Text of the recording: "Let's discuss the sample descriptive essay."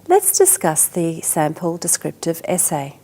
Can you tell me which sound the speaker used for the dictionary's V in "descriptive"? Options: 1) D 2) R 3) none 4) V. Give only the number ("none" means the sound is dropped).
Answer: 4